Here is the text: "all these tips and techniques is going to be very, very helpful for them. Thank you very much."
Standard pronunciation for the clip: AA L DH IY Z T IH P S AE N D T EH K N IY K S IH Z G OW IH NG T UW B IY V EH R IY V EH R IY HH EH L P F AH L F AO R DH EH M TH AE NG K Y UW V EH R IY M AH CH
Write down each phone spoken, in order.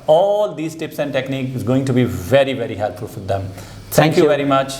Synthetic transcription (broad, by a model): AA L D IY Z T IH P S AE N D T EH K N IY K IH Z G OW IH NG T UW B IY V EH R IY V EH R IY HH EH L P F AH L F AO R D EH M T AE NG K Y UW V EH R IY M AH CH